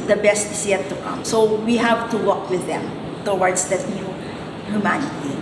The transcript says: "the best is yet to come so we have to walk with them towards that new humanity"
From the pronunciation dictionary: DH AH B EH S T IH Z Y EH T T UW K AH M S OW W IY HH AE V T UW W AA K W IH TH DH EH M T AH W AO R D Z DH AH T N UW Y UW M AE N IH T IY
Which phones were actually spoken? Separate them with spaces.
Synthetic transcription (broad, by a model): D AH B EH S T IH S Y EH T T UW K AH M S OW W IY HH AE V T UW W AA K W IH DH EH M T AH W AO R D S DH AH T N UW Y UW M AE N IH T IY